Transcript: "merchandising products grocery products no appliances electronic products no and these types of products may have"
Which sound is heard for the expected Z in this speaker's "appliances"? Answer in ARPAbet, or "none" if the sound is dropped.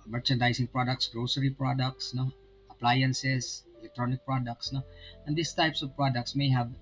S